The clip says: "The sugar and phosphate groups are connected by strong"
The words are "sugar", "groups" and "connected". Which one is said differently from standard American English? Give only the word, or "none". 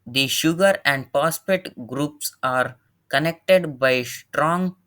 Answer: none